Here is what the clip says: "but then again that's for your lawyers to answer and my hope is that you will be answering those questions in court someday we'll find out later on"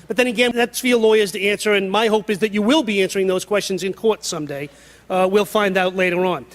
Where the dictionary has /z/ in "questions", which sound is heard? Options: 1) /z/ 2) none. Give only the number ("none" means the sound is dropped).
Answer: 1